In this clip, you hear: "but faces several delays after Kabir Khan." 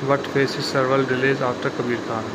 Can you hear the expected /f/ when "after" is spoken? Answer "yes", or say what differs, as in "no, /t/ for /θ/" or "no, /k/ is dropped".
no, /f/ is dropped